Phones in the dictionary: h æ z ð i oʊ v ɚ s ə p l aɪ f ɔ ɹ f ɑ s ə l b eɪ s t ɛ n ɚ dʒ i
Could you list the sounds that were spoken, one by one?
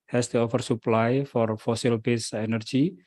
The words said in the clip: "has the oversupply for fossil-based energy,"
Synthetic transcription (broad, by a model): h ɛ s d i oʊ f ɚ s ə p l aɪ f ɔ ɹ f ɑ s ə l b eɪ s ɛ n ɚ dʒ i